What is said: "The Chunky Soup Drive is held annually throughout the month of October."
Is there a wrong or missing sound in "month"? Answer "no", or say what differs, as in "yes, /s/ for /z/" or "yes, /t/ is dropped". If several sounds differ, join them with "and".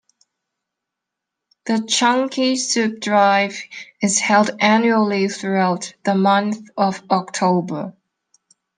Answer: no